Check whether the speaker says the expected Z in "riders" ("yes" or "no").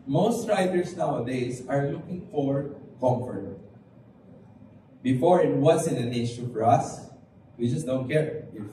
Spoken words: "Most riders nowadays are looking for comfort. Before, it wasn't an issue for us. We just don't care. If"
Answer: no